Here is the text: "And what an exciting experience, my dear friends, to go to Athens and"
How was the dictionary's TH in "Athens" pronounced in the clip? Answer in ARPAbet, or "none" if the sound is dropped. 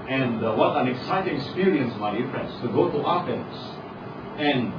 F